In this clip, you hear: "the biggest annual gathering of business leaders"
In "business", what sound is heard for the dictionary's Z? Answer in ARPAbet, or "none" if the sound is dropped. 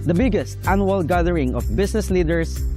S